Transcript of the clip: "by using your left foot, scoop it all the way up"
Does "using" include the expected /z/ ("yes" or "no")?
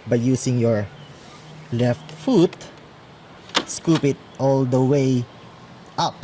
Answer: no